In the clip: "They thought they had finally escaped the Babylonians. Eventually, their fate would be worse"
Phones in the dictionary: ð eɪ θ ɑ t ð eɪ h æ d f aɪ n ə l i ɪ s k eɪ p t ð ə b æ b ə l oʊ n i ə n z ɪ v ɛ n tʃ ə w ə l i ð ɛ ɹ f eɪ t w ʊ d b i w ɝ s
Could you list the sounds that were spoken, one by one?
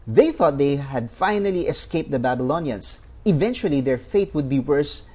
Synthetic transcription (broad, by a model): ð eɪ θ ɑ t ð eɪ h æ d f aɪ n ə l i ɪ s k eɪ p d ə b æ b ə l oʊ n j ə n s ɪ v ɛ n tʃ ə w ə l i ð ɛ ɹ f eɪ t w ʊ d b i w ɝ s